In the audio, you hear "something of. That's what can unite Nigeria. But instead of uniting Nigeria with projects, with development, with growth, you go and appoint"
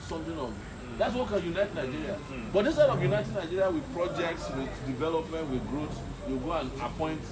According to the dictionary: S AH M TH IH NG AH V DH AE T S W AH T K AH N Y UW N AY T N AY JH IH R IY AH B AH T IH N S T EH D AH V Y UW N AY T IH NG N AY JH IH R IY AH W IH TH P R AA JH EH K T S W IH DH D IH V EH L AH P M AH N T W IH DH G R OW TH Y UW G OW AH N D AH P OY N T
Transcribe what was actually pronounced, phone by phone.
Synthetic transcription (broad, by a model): S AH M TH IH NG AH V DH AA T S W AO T K AH N Y UW N AY T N AY JH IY R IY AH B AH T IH S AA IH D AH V Y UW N AY T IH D N AY JH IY R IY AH W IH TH P R AA JH EH K T S W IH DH D IH V EH L AH P M AH N T W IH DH G R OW S Y UW G OW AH N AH P OY N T